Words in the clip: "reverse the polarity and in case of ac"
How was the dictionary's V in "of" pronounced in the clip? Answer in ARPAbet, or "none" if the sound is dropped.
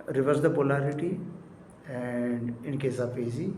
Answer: P